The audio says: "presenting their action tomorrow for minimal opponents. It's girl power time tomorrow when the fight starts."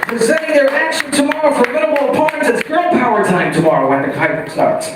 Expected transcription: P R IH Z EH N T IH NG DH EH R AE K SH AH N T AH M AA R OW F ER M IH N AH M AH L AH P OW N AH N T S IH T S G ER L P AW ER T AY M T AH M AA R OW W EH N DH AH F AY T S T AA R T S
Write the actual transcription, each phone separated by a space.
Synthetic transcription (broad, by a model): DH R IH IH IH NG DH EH R AE K SH AH N T AH M AA R OW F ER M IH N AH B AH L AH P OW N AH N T IH T S G ER L P AW ER T AY M T AH M AA R OW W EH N DH AH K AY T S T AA R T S